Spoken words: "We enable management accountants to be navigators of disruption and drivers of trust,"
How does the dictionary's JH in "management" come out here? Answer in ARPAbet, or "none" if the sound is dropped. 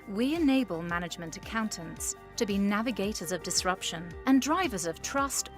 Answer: JH